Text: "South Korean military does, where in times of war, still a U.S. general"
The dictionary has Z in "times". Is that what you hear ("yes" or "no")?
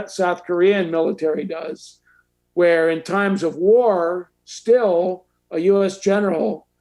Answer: yes